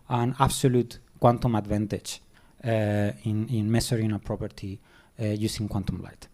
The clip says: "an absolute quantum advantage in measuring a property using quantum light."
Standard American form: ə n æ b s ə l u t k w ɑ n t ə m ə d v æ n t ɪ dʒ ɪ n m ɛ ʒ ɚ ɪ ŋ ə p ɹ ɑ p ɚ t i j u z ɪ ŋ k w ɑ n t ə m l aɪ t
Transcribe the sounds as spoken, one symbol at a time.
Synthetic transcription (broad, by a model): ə n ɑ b s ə l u t k w ɑ n t ə m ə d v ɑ n t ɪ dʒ ɪ n m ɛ s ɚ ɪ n ə p ɹ ɑ p ɚ t i j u s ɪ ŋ k w ɑ n t ə m l aɪ t